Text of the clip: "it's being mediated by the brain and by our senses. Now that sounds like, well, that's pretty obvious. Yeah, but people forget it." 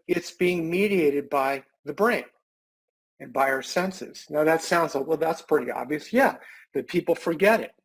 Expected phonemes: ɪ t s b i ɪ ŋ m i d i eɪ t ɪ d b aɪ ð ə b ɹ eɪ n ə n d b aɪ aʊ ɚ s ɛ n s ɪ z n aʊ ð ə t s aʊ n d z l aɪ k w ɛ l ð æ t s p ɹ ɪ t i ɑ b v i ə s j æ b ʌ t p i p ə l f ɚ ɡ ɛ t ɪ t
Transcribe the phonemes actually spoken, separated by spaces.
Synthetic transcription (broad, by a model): ɪ t s b i ɪ ŋ m i d i eɪ t ɪ d b aɪ ð ə b ɹ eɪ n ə n b aɪ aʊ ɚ s ɛ n s ɪ z n aʊ ð ə t s aʊ n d z l aɪ k w ɛ l ð æ t s p ɹ ɪ t i ɑ b v i ə s j æ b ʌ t p i p l f ɚ ɡ ɛ t ɪ t